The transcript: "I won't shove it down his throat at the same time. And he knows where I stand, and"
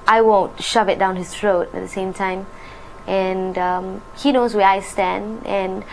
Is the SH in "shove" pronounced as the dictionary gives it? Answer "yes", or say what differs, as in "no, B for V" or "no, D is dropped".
yes